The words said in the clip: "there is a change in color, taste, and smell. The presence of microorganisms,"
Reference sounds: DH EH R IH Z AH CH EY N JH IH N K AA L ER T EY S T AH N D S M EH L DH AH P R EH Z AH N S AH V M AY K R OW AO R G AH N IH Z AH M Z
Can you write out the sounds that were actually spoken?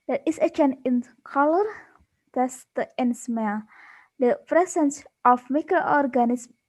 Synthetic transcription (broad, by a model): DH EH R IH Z AH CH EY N IH N K AA L ER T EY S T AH N S M EH L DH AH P R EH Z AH N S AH F M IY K R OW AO R G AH N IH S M